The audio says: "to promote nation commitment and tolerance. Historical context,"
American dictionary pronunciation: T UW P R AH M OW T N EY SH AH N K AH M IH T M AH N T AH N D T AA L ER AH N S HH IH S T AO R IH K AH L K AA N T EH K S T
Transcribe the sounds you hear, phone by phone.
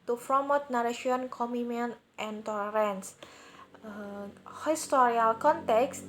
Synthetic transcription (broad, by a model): T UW F R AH M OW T N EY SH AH N K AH M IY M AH N T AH N T AA L ER AH N S HH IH S T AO R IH AH L K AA N T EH K S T